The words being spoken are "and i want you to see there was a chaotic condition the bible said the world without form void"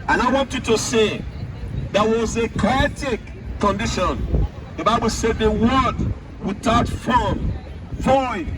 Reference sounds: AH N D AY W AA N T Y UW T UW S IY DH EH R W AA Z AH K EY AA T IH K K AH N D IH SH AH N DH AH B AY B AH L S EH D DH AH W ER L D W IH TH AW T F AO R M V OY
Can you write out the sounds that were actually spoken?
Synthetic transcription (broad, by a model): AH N AY W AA N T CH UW T UW S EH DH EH W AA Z AH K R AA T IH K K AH N D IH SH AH N DH AH B AY B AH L S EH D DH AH W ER D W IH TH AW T F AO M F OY